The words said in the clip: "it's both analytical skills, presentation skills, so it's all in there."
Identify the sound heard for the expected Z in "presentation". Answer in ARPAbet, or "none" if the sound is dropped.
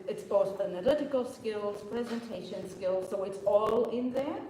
Z